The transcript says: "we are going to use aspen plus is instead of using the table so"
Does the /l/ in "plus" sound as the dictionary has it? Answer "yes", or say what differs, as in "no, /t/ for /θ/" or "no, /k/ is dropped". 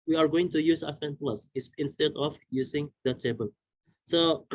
yes